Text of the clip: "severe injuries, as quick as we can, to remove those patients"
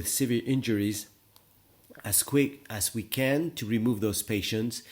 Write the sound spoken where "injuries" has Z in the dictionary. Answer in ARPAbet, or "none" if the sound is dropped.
Z